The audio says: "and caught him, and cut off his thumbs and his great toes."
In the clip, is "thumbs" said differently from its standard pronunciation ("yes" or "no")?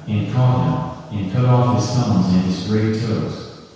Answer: yes